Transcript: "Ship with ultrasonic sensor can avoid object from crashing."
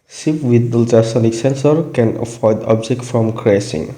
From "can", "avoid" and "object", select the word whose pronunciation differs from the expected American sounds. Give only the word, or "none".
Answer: avoid